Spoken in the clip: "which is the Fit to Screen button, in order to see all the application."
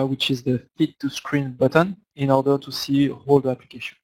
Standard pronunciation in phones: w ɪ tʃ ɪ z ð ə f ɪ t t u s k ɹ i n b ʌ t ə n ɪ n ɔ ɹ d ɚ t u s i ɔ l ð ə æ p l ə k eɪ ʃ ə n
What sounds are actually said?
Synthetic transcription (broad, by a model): w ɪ tʃ ɪ z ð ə f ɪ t t u s k ɹ i n b ʌ t ə n ɪ n ɔ ɹ d ɚ t u s i ɔ l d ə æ p l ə k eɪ ʃ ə n